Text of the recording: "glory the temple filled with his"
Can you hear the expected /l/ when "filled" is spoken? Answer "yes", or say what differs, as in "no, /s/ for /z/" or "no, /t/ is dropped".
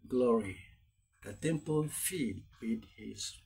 no, /l/ is dropped